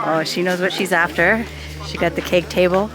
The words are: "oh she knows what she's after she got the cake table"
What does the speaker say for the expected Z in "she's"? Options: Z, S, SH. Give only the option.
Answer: Z